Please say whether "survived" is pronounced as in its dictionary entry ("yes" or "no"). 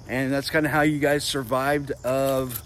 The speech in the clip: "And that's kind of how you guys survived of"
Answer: yes